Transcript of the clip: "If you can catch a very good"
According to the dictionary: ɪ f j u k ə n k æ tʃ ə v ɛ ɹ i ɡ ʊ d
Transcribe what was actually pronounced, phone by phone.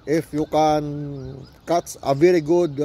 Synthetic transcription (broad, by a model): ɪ f j u k ə n k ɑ s ə v ɛ ɹ i ɡ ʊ d